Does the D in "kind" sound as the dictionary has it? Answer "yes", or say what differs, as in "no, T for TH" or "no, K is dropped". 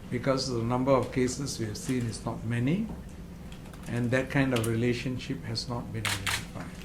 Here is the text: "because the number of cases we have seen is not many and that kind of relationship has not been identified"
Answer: yes